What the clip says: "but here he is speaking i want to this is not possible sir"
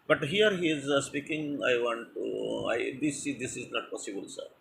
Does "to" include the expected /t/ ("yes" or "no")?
no